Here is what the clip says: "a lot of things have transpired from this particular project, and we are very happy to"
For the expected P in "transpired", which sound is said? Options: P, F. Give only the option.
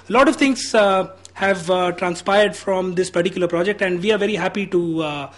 P